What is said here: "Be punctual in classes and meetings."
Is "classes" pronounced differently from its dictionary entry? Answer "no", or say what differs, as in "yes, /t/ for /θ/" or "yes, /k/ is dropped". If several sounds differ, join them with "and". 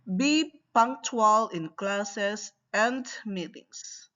yes, /s/ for /z/